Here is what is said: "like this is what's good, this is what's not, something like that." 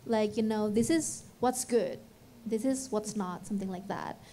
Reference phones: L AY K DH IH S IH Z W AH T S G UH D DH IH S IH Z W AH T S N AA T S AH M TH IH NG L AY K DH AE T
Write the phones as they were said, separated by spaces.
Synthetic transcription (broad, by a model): L AY K DH IH S IH Z W AH T S G UH D DH IH S IH Z W AH T S N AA T S AH M TH IH NG L AY K DH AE T